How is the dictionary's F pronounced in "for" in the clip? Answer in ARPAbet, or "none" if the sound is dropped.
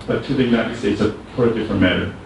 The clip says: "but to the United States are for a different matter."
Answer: P